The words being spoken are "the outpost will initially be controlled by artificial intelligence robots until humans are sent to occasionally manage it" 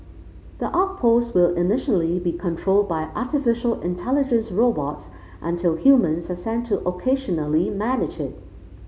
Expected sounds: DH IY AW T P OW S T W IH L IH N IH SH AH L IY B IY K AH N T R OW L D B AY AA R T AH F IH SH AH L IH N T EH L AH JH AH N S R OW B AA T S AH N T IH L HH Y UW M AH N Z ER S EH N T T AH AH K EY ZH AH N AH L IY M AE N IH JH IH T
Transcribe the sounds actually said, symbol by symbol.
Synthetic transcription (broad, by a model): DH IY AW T P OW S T W IH L IH N IH SH AH L IY B IY K AH N T R OW L D B AY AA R T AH F IH SH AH L IH N T EH L AH JH AH N S R OW B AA T S AH N T IH L HH Y UW M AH N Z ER S EH N T T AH AH K EY ZH AH N AH L IY M AE N IH JH IH T